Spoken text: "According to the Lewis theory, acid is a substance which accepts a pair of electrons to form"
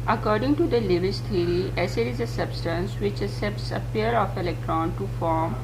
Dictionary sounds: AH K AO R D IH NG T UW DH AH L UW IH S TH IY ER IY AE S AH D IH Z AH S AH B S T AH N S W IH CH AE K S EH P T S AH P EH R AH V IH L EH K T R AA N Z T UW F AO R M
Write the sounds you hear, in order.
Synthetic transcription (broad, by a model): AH K AO R D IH NG T UW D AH L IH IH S T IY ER IY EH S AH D IH Z AH S AH B S T AH N S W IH CH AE S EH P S AH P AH R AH F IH L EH K T R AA N T UW F AO R M